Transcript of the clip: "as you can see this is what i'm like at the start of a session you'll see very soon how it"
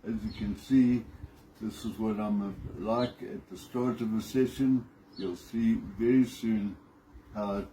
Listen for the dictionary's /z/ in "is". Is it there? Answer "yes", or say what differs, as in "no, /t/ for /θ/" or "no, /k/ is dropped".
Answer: yes